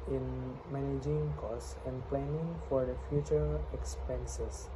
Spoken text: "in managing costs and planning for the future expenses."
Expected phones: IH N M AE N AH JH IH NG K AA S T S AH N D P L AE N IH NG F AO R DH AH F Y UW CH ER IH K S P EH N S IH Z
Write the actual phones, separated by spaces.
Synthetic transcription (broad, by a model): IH N M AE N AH JH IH NG K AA S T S AH N D P L AE N IH NG F AO R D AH F Y UW CH ER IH K S P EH N S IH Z